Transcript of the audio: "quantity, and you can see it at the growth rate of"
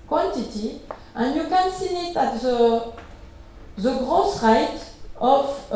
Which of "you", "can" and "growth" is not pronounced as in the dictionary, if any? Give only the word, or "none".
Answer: growth